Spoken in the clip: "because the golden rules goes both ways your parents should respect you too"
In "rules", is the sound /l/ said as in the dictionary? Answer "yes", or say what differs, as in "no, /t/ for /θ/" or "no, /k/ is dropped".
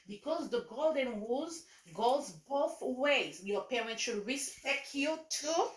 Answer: no, /l/ is dropped